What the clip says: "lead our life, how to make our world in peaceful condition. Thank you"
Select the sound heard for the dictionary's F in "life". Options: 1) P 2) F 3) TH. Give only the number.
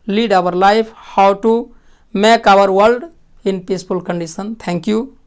1